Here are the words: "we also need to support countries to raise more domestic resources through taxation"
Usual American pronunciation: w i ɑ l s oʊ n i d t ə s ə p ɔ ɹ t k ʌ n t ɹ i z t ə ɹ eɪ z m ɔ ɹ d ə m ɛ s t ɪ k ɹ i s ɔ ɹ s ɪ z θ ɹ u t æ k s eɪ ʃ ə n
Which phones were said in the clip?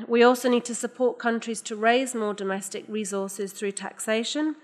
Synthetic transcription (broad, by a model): w i ɑ l s oʊ n i d t ə s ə p ɔ t k ʌ n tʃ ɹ i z t ə ɹ eɪ z m ɔ d ə m ɛ s t ɪ k ɹ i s ɔ s ɪ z θ ɹ u t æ k s eɪ ʃ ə n